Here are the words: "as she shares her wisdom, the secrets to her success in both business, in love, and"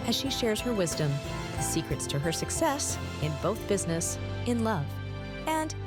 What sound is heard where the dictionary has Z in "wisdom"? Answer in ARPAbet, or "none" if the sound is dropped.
Z